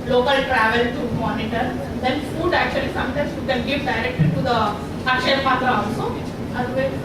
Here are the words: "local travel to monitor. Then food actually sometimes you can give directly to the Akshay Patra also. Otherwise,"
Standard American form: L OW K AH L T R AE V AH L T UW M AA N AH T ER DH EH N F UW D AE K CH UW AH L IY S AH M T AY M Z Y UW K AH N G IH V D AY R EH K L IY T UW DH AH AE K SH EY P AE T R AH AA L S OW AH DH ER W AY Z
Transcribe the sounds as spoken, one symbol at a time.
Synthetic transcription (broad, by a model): L OW K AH L T R AE V AH L T UW M AA N AH T ER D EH N F UW D AE K CH UW AH L IY S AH M T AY M S Y UW K AH N G IH V D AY R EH K L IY T UW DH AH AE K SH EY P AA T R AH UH S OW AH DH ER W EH